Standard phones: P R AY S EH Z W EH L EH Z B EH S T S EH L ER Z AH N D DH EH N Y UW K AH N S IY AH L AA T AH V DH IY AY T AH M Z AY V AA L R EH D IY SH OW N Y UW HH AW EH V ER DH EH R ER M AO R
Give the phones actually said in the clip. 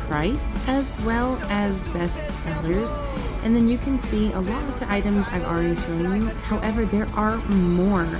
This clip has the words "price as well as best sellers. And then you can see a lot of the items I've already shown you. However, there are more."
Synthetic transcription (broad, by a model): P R AY S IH Z W EH L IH Z B EH S T S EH L ER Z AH N DH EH N Y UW K AH N S IY AH L AA T AH V DH IY AY T AH M Z AY V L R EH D IY SH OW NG Y UW HH AW EH V ER DH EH R ER M AO R